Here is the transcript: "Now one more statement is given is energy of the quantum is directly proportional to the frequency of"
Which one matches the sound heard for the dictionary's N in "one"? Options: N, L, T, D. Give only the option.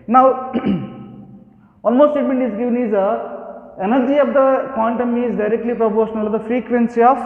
L